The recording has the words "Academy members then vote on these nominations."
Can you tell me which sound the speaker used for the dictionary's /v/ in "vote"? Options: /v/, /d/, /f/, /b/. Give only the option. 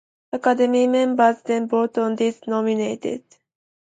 /b/